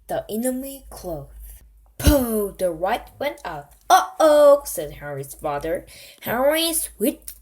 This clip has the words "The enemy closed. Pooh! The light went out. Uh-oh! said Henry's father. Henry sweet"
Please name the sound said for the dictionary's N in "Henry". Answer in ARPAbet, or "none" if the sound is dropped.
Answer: none